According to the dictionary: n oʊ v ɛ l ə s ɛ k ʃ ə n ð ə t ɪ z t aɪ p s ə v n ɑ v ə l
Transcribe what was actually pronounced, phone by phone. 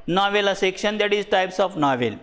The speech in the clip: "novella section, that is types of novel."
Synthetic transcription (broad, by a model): n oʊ v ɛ l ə s ɛ k ʃ ə n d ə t ɪ z t aɪ p s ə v n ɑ v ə l